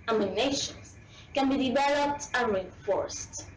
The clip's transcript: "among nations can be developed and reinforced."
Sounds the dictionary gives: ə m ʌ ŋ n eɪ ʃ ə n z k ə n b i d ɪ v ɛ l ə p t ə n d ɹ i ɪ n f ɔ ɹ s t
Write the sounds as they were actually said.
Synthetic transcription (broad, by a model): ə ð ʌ n eɪ ʃ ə n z k ə n b i d ɪ v ɛ l ə p t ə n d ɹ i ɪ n f ɔ ɹ s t